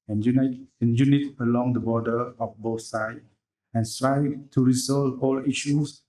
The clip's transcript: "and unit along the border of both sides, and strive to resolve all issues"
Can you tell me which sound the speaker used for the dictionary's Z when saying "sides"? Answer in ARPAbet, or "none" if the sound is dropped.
none